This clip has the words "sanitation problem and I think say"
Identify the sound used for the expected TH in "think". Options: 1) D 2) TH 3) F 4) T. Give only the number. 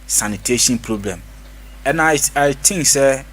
4